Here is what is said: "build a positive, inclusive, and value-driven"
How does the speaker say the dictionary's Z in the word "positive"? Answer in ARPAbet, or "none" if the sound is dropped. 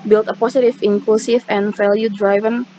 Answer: S